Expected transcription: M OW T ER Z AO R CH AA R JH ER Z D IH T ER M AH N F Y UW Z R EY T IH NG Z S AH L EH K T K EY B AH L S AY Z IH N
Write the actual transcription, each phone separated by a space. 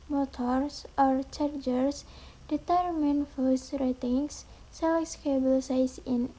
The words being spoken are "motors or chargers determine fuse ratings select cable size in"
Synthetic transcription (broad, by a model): M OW T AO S AO R CH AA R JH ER S D IH T ER M AH N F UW S R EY T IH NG S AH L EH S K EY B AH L S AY S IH N